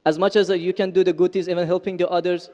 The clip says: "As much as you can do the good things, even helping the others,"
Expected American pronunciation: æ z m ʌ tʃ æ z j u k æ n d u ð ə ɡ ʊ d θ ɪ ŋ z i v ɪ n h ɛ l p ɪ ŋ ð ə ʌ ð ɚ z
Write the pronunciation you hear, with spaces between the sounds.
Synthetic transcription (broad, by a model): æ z m ʌ tʃ æ z j u k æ n d u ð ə ɡ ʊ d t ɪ z i v ɪ n h ɛ l p ɪ ŋ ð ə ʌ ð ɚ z